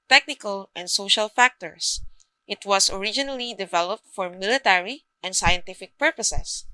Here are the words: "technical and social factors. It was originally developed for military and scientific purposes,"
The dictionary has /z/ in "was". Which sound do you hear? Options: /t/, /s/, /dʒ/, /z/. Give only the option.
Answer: /s/